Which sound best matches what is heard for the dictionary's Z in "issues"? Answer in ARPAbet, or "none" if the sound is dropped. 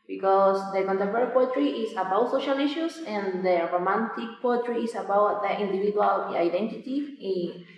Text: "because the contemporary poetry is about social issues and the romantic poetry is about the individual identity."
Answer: S